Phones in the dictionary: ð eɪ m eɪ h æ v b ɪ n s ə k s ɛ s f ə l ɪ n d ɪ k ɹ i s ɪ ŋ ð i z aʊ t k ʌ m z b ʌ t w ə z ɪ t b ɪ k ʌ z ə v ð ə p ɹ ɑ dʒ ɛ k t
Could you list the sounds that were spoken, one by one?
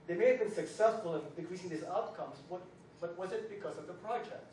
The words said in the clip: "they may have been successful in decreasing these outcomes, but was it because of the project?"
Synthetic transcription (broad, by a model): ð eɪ m eɪ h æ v b ɪ n s ə k s ɛ s f ə l ɪ n d ɪ k ɹ i s ɪ ŋ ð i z aʊ t k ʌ m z b ʌ t w ə z ɪ t b ɪ k ʌ z ə v ð ə p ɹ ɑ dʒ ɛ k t